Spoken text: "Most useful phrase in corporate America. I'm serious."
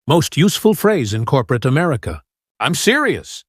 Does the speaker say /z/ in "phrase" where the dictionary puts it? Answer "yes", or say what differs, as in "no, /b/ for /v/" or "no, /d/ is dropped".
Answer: yes